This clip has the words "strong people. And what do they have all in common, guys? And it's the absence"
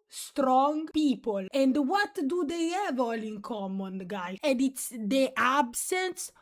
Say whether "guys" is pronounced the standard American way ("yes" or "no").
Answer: no